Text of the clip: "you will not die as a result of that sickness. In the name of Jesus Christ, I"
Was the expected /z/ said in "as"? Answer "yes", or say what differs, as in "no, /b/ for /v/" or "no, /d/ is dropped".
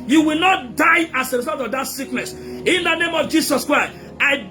no, /s/ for /z/